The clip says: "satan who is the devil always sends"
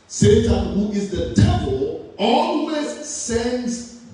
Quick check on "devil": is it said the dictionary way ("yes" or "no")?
no